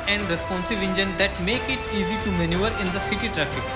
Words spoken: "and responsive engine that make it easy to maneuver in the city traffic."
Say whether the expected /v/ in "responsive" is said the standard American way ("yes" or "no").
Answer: yes